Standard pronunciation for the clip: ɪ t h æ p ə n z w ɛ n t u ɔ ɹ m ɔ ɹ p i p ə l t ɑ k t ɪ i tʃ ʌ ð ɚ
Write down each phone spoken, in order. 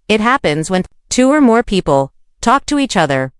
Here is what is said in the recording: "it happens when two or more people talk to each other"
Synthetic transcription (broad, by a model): ɪ t h æ p ə n z w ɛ n t u ɔ ɹ m ɔ ɹ p i p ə l t ɑ k t ɪ i tʃ ʌ ð ɚ